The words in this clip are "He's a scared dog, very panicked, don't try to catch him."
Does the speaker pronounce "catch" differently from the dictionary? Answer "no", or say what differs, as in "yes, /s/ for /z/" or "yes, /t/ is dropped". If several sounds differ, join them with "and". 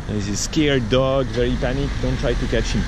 no